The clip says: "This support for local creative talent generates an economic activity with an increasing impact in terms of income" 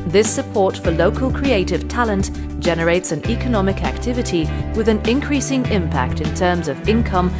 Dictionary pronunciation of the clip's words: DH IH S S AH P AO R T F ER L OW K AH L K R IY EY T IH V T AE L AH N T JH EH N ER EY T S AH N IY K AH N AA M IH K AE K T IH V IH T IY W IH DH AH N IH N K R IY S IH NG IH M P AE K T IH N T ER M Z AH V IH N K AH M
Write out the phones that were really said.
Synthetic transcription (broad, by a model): DH IH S S AH P AO R T F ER L OW K AH L K R IY EY T IH V T AE L AH N T JH EH N ER EY T S AH N IY K AH N AA M IH K AE K T IH V IH T IY W IH DH AH N IH N K R IY S IH NG IH M P AE K T IH N T ER M Z AH V IH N K AH M